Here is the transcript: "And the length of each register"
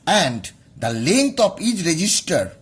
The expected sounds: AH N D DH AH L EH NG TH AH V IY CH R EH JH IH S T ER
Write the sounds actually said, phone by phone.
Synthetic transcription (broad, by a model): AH N D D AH L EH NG T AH P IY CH R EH JH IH S T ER